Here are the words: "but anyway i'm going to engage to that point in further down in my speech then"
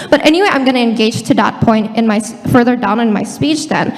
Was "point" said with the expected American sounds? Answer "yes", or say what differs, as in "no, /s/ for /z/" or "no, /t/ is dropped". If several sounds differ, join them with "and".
yes